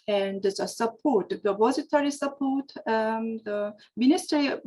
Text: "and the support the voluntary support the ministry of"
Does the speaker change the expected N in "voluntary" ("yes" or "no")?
yes